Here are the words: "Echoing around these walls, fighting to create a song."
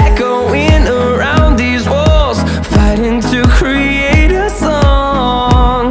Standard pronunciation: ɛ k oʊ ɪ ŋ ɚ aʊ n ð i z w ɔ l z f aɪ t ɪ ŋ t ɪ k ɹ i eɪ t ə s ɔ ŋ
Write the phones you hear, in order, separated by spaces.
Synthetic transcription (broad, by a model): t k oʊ ɪ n ɚ aʊ n ð i z w ɔ l z f aɪ t ɪ ŋ t ɪ k ɹ i eɪ t ə s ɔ ŋ